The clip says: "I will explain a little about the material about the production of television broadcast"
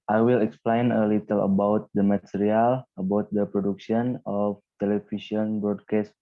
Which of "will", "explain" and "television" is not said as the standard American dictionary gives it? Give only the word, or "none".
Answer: television